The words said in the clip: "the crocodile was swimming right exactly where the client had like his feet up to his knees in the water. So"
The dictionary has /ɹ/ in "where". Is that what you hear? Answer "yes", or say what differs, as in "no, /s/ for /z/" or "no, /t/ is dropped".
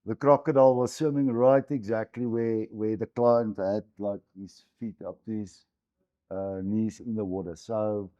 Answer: no, /w/ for /ɹ/